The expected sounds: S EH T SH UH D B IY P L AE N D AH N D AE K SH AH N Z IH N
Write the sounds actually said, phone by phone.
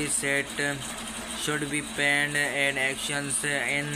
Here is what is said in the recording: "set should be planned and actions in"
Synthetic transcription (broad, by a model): S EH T SH UH D B IY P AE N D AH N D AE K SH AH N S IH N